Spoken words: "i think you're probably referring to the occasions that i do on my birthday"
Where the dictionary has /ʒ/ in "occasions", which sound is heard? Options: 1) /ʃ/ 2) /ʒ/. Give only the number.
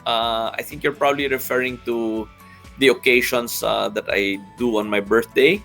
1